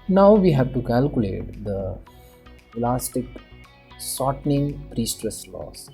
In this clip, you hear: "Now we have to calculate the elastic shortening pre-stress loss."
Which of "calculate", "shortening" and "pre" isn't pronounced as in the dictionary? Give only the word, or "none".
shortening